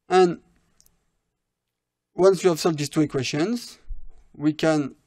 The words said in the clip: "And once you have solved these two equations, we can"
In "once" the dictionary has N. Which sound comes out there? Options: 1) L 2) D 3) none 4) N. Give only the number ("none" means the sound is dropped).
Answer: 4